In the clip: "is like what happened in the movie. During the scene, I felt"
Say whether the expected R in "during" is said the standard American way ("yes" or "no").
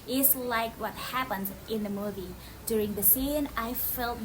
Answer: yes